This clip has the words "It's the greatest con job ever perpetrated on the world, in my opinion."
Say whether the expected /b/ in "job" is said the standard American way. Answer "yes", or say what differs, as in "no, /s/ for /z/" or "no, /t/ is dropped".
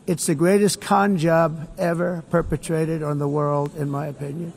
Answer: yes